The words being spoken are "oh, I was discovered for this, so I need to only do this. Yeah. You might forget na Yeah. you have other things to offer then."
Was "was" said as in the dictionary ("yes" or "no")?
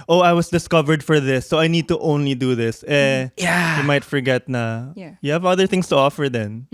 no